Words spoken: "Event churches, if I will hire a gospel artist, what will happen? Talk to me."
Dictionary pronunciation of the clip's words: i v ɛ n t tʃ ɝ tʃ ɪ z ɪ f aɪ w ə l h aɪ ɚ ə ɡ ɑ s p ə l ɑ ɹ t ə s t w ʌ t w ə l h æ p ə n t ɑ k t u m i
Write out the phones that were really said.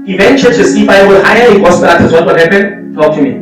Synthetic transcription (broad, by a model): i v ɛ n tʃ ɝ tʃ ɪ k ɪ p aɪ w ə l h aɪ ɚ ə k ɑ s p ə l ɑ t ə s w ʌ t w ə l h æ p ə n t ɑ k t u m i